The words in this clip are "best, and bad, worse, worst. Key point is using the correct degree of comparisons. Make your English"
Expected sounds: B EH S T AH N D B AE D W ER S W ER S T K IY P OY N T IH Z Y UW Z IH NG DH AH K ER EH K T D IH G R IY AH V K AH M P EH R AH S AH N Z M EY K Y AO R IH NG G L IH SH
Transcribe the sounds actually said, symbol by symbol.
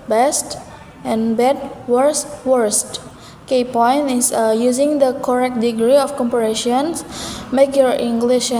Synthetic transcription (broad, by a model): B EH S T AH N B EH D W ER S W ER S T K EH P OY N T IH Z Y UW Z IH NG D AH K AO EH K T D IH G R IY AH F K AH M P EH R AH SH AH N S M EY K Y AO R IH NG G L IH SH